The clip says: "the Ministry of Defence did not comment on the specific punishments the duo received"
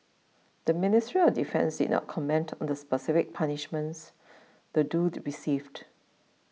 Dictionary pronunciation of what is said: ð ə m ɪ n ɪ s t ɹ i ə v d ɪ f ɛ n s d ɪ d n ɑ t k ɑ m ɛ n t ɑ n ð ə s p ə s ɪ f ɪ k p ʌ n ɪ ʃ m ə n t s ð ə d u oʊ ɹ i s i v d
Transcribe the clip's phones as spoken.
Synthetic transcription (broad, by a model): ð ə m ɪ n ɪ s t ɹ i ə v d ɪ f ɛ n s d ɪ d n ɑ t k ɑ m ɛ n t ɑ n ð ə s p ə s ɪ f ɪ k p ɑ n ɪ ʃ m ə n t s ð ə d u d ɹ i s i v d